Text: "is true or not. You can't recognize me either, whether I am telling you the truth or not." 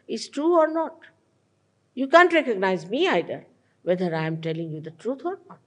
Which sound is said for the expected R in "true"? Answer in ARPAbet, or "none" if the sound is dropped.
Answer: R